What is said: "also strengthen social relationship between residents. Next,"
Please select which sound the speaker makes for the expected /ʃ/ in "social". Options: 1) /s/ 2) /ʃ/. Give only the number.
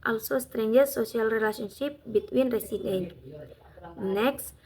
1